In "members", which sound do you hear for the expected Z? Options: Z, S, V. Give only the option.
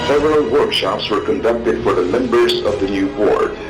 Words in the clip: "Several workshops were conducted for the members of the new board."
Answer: Z